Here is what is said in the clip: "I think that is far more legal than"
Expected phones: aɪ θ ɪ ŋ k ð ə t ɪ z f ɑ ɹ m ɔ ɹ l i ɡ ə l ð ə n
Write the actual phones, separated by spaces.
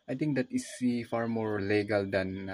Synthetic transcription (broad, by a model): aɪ t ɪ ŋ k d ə t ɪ s f ɑ ɹ m ɔ ɹ l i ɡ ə l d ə n